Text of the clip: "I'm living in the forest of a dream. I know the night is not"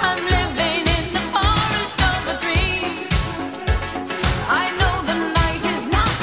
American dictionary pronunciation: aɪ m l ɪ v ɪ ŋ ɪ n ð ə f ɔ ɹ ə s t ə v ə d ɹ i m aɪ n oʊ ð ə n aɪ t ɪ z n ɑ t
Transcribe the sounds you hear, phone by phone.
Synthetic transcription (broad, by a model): aɪ m l ɪ v ɪ ŋ ɪ n ð ə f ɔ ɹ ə s t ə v ə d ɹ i aɪ n oʊ ð ə n aɪ t ɪ z n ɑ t